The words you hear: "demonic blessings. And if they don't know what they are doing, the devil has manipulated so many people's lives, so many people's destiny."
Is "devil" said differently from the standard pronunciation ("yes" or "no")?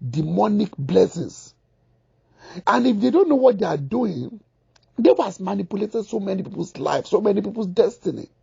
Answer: yes